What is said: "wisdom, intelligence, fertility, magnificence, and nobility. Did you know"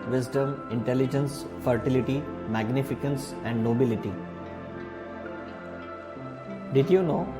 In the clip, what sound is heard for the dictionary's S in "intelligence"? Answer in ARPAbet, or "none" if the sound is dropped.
S